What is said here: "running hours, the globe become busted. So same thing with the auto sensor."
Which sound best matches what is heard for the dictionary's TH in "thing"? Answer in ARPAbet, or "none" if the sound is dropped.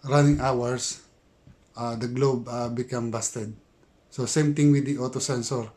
T